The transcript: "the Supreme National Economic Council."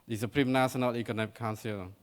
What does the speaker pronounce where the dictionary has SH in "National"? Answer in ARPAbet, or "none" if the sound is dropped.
S